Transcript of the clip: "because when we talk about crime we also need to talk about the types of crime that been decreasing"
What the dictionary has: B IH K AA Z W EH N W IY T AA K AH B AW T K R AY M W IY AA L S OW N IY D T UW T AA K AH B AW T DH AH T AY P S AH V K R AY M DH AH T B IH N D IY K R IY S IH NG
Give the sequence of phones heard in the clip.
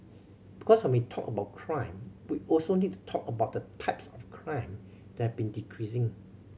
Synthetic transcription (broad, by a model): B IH K AA S W EH N W IY T AA K AH B AW T K R AY M W IY AA L S OW N IY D T UW T AA K AH B AW T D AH T AY P S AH F K R AY M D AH T B IH N D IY K R IY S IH NG